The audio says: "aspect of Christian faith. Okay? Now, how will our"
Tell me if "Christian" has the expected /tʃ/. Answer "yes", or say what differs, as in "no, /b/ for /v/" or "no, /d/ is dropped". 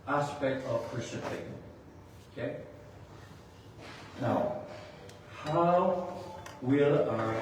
no, /tʃ/ is dropped